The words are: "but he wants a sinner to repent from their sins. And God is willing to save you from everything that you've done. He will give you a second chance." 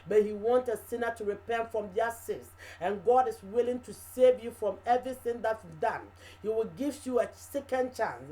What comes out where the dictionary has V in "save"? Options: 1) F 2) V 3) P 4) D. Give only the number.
2